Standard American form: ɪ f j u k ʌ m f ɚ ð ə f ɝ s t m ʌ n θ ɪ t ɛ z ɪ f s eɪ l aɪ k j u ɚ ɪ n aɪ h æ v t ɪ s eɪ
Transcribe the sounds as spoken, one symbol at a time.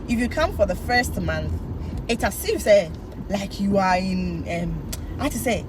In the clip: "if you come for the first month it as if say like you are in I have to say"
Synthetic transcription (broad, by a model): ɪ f j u k ʌ m f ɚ ð ə f ɝ s t m ʌ n θ ɪ t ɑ s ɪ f s eɪ l aɪ k j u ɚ ɪ n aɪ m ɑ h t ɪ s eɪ